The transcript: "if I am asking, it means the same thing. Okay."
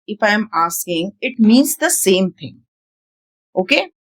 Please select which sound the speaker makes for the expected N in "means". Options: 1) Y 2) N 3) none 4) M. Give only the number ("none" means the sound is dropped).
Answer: 2